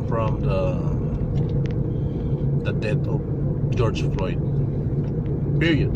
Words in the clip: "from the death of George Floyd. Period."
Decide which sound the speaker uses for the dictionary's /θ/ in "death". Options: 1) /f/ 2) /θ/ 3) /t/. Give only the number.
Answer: 3